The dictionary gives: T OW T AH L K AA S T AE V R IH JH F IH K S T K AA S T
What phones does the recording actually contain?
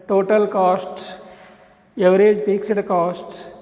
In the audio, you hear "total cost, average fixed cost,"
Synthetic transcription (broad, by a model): T OW T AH L K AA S T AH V R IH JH P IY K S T K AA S T